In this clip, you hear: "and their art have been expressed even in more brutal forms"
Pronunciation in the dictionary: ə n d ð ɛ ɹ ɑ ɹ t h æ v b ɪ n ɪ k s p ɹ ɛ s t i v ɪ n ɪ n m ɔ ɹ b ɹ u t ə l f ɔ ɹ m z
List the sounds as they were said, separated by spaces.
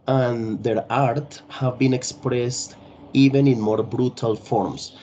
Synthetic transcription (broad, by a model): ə n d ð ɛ ɹ ɑ ɹ t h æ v b ɪ n ɪ k s p ɹ ɛ s t i v ɪ n ɪ n m ɔ ɹ b ɹ u t ə l f ɔ ɹ m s